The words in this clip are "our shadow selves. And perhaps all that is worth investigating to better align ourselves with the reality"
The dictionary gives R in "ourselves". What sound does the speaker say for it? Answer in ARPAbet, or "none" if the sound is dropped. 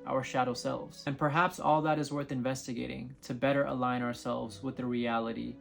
R